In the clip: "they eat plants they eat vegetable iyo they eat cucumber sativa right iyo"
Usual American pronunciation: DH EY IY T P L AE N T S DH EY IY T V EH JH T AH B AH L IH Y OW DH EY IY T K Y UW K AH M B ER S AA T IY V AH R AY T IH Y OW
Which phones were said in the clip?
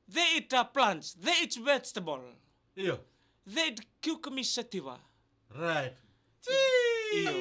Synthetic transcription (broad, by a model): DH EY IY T P L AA N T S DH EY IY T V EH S T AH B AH L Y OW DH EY IY T K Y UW K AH M IY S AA T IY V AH R AY T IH